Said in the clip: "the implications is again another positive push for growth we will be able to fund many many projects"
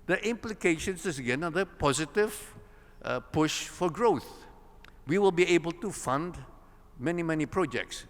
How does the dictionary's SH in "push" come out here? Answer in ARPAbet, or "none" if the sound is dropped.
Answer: SH